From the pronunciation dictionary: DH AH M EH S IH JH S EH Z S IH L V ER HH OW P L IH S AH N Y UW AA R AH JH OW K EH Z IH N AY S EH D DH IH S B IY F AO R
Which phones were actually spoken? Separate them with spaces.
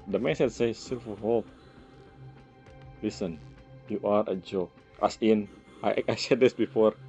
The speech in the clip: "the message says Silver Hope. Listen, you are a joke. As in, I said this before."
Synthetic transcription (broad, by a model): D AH M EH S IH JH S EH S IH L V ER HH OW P L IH S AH N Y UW AA R AH JH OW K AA S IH N AY S EH D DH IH S B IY F AO R